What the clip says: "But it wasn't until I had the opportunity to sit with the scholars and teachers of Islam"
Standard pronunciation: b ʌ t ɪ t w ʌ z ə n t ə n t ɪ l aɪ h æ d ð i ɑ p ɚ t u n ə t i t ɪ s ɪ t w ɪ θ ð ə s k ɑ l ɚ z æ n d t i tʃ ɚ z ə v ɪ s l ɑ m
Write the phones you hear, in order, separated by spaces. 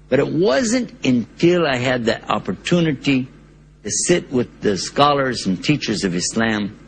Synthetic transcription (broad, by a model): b ʌ t ɪ t w ʌ z ə n t ə n t ɪ l aɪ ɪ d ð i ɑ p ɚ t u n ə t i t ɪ s ɪ t w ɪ ð ə s k ɑ l ɚ z n t i tʃ ɚ z ə v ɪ s l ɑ m